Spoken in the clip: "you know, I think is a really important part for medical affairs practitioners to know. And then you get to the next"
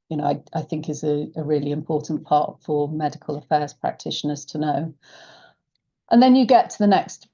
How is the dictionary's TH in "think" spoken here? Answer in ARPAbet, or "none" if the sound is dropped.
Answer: TH